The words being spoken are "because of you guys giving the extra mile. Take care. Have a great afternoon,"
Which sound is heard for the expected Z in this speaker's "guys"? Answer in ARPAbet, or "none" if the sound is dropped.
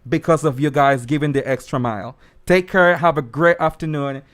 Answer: Z